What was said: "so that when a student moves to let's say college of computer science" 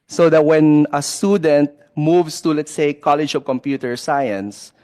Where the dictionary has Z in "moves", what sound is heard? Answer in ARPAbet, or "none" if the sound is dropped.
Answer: S